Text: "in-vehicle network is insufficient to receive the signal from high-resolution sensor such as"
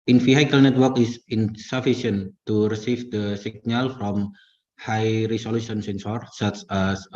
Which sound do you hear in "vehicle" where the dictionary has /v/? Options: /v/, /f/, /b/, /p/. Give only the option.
/f/